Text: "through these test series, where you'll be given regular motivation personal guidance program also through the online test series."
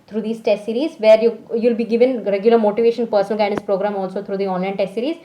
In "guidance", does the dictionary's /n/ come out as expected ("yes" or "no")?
no